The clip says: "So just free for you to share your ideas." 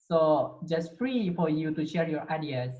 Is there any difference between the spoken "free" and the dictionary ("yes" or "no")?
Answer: no